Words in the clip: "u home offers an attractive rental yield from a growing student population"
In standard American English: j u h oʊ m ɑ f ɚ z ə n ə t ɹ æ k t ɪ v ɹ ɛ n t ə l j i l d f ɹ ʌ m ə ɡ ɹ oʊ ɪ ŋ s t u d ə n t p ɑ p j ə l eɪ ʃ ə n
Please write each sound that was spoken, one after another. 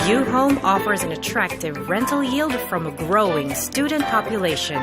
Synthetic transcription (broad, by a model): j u h oʊ m ɑ f ɚ z ə n ə t ɹ æ k t ɪ v ɹ ɛ n t l j i l d f ɹ ʌ m ə ɡ ɹ oʊ ɪ ŋ s t u d n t p ɑ p j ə l eɪ ʃ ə n